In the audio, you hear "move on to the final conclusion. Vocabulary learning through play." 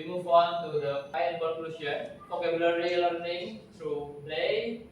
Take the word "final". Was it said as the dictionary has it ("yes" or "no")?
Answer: no